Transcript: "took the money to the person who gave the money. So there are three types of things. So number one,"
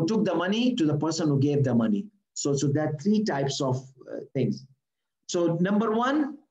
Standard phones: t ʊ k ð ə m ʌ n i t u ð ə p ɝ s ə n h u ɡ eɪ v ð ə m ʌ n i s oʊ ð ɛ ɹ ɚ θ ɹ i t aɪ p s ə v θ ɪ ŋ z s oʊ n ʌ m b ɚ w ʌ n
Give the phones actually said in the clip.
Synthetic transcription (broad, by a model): t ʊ k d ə m ʌ n i t u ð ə p ɝ s ə n h u ɡ eɪ v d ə m ʌ n i s oʊ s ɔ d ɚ t ɹ i t aɪ p s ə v t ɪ ŋ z s oʊ n ʌ m b ɚ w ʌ n